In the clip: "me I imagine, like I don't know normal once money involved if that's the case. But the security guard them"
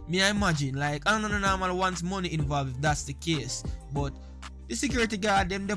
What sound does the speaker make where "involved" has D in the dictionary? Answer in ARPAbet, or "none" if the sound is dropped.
none